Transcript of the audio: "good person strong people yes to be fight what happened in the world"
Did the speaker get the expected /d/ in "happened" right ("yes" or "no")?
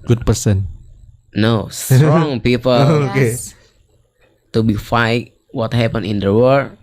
no